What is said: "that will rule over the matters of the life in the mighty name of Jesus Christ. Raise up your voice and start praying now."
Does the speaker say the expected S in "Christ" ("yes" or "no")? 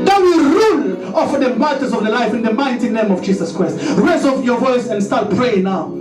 yes